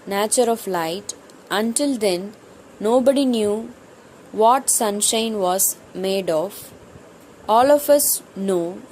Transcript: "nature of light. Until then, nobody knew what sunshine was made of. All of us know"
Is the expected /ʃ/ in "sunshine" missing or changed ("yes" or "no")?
no